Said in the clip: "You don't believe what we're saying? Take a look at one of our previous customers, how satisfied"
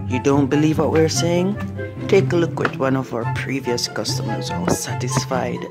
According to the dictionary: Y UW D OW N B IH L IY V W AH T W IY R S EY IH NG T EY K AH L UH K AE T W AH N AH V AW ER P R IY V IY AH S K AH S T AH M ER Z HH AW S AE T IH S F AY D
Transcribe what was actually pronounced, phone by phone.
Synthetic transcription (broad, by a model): Y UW D OW N B IH L IY V W AH T W IY R S EY IH NG T EY K AH L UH K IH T W AH N AH V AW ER P R IY V IY AH S K AH S T AH M ER Z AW S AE T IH S F AY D